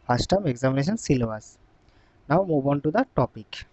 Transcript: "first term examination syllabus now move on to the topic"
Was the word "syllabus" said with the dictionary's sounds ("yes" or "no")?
no